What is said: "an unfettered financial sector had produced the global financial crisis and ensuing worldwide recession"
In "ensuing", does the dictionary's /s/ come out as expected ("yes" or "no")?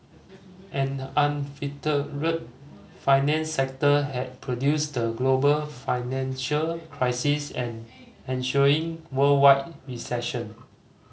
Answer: no